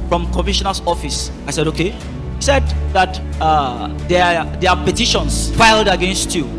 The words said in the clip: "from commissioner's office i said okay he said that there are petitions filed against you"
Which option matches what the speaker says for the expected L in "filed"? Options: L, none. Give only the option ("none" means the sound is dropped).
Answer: L